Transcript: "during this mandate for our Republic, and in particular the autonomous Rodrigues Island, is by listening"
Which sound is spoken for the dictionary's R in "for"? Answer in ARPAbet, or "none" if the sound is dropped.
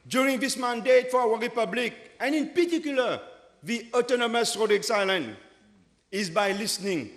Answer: W